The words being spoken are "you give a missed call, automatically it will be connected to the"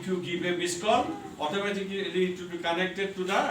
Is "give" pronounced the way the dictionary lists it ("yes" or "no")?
no